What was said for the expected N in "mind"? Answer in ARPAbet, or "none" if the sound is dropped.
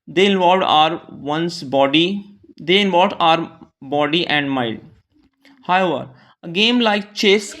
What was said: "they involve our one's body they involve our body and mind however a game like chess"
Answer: L